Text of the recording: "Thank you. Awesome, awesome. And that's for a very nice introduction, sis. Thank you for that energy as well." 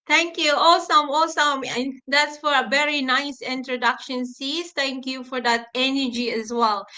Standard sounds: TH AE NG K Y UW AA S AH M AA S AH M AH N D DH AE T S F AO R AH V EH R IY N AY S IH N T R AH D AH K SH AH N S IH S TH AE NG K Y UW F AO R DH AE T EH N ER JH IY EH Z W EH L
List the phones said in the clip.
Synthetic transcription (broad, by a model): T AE NG K Y UW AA S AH M AA S AH M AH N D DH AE T S F AO R AH V EH R IY N AY S IH N T R AH D AH K SH AH N S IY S T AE NG K Y UW F AO R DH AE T EH N ER JH IY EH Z W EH L